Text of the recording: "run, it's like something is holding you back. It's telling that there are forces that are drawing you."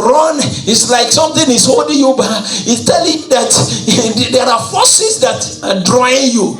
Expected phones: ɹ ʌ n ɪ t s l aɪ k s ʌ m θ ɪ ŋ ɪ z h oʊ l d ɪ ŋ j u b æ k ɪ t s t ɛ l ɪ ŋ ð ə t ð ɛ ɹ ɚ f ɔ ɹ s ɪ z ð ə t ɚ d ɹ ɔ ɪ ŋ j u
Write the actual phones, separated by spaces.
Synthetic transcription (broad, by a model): ɹ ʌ n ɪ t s l aɪ k s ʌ m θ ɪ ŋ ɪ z h oʊ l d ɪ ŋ j u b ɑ ɪ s t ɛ l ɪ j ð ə t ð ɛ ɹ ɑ f ɔ s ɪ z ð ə t d ɹ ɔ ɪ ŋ j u